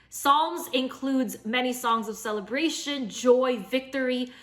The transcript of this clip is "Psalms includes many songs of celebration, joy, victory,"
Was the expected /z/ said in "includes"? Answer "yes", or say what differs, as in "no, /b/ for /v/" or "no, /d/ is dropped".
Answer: yes